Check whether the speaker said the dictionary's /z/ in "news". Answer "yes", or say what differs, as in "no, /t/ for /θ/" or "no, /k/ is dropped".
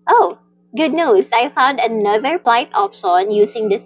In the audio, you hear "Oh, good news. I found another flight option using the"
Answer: no, /s/ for /z/